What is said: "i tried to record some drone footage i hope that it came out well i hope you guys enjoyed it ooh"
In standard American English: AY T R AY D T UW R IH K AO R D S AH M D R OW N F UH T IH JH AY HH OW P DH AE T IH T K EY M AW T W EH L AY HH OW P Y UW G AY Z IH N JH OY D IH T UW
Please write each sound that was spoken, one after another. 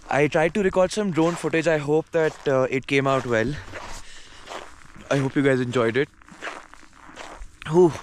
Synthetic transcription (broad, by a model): AY T R AY D T UW R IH K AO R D S AH M D R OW N F UH T IH JH AY HH OW P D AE T IH T K EY M AW T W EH L AY HH OW P Y UW G AY Z IH N JH OY D IH T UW